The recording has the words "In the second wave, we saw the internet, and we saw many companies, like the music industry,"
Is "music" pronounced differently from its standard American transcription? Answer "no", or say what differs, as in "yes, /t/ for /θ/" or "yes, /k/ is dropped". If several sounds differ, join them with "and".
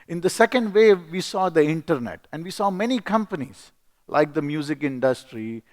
no